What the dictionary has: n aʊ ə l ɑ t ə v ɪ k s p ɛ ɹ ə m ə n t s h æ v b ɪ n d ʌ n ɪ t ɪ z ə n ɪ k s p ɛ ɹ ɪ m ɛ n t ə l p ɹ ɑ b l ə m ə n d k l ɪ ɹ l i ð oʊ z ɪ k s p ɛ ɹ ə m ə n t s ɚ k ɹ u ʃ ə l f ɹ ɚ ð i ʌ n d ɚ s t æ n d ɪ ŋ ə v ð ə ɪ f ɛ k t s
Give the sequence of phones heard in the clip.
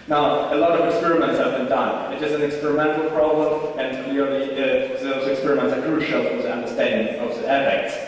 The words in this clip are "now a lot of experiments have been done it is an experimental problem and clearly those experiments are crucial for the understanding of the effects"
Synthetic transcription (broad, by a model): n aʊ ə l ɑ t ə v ɪ k s p ɛ ɹ ə m ə n t s h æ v b ɪ n d ʌ n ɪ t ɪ s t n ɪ k s p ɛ ɹ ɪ m ɛ n t l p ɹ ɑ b l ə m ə n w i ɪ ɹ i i ð oʊ z ɪ k s p ɛ ɹ ə m ə n t s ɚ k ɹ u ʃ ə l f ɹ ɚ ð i ʌ n d ɚ s t æ n d ɪ ŋ ə v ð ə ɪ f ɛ k t s